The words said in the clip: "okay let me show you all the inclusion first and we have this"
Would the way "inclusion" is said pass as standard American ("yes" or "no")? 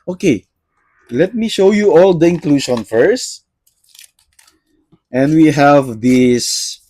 no